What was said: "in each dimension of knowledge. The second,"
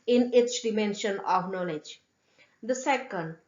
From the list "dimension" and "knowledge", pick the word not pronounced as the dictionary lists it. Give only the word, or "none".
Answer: none